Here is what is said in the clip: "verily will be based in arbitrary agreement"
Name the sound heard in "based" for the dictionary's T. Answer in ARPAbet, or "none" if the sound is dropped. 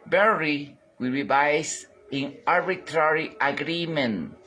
none